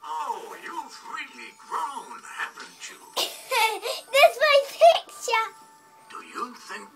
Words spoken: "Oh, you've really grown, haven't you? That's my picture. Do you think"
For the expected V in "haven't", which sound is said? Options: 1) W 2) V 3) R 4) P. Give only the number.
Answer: 4